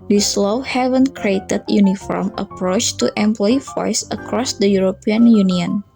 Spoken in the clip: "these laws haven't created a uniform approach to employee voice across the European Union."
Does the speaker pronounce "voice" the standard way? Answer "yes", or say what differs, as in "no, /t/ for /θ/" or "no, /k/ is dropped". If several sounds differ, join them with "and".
no, /f/ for /v/